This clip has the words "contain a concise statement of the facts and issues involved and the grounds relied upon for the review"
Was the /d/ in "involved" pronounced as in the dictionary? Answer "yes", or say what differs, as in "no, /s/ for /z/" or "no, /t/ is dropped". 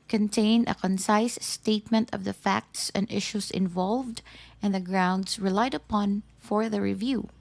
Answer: yes